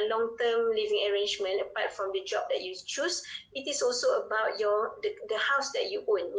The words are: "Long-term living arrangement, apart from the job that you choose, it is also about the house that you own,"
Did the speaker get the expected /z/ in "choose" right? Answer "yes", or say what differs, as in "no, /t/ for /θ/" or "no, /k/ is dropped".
no, /s/ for /z/